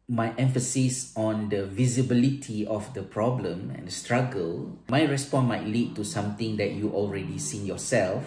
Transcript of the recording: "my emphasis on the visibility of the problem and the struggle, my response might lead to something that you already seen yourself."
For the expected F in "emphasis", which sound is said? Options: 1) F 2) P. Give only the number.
1